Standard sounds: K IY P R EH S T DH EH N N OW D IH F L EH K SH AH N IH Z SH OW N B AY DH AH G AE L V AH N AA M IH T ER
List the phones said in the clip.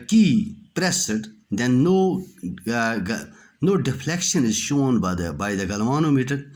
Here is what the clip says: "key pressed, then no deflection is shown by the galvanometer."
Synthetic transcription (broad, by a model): K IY P R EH S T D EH N N OW D IH F L EH K SH AH N IH Z SH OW N B AY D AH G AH L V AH N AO M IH T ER